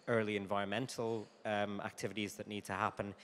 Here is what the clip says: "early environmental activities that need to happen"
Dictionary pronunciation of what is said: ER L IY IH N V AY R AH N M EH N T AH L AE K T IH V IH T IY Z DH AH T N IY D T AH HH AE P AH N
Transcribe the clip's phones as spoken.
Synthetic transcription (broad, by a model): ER L IY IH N V AY R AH N M EH N T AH L AE K T IH V IH T IY Z DH AH T N IY D T AH HH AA P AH N